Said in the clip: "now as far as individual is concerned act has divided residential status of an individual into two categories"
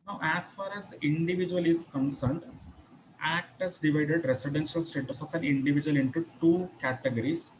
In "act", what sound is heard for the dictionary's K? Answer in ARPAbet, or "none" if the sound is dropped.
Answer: K